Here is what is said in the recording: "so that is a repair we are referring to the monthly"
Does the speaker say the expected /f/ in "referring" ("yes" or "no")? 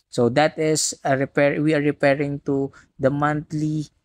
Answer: no